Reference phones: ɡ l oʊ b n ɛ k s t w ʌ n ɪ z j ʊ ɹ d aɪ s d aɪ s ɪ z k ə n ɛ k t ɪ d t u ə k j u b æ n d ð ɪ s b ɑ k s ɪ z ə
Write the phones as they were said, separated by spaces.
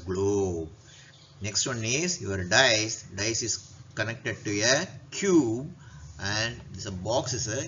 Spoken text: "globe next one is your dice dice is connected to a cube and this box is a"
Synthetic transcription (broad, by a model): ɡ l oʊ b n ɛ k s t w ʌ n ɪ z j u ɹ d aɪ s d aɪ s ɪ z k ə n ɛ k t ɪ d t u ə k j u b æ n d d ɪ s b ɑ k s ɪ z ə